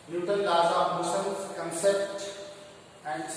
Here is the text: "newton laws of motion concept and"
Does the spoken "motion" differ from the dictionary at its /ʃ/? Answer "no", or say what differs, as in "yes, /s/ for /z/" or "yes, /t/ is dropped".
yes, /s/ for /ʃ/